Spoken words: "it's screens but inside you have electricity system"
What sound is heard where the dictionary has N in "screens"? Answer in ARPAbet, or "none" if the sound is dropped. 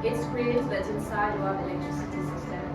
none